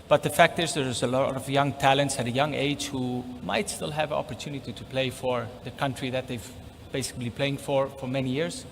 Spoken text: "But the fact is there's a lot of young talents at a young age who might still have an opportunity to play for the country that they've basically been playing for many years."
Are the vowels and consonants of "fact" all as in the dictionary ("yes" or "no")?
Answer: yes